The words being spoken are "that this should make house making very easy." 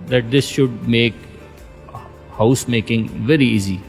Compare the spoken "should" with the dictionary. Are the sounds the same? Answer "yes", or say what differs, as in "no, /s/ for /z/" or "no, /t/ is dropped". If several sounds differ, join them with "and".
yes